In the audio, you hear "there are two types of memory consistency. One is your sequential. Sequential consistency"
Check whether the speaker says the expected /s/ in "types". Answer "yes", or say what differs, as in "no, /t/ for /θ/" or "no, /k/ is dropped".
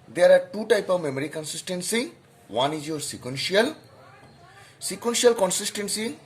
no, /s/ is dropped